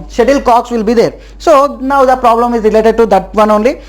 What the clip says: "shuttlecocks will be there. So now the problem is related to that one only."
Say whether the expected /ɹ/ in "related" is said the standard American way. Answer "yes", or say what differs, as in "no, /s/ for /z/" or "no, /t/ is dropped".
yes